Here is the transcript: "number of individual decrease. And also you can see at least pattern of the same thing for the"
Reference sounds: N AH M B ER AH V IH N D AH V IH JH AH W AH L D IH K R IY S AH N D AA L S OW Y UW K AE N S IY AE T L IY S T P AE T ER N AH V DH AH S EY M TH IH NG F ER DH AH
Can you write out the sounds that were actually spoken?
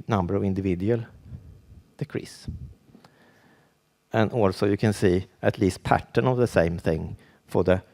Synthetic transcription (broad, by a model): N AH M B ER AH V IH N D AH V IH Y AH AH L D IH K R IY S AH N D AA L S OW Y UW K AE N S IY AE T L IY S T P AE T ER N AH V DH AH S EY M TH IH NG F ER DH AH